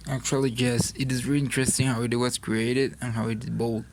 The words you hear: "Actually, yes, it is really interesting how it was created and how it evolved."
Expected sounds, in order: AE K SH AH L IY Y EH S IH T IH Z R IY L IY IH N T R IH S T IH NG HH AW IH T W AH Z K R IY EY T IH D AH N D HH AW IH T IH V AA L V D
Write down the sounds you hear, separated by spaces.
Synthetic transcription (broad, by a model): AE K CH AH L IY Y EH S IH T IH Z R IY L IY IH N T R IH S T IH NG HH AW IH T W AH S K R IY EY T IH D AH N HH AW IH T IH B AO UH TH